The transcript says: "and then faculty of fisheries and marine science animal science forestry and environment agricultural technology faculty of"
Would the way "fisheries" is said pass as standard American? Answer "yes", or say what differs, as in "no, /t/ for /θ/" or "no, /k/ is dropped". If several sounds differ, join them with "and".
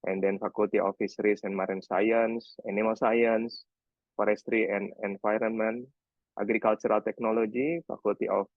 no, /s/ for /ʃ/ and /s/ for /z/